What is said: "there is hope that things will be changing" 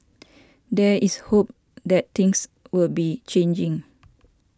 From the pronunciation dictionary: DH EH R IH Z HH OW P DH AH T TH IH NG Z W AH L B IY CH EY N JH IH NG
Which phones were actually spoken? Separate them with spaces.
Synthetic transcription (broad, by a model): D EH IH S HH OW P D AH T T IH NG S W AH L B IY CH EY N JH IH NG